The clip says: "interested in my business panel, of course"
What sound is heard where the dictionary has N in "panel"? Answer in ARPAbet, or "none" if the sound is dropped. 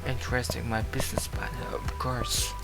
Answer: none